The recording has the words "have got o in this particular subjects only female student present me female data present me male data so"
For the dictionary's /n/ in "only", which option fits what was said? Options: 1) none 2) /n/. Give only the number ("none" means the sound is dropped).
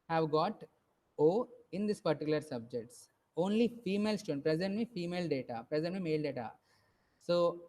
2